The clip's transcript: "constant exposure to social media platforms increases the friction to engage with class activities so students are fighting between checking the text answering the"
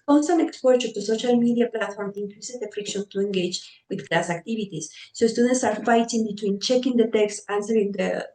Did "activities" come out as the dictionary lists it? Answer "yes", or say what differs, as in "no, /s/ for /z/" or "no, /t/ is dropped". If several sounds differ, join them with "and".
no, /b/ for /v/